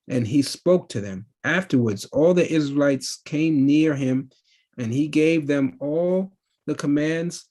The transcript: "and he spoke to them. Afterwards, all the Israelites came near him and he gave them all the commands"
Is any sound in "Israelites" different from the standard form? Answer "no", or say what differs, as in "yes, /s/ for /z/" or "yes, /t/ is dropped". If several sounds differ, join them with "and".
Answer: no